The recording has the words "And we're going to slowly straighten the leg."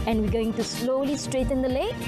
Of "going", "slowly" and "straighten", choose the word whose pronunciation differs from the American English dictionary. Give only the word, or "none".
none